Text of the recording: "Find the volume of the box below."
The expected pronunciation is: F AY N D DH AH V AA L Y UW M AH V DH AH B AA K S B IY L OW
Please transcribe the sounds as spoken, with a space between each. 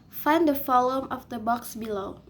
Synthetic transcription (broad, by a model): F AY N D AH F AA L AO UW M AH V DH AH B AA K S B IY L OW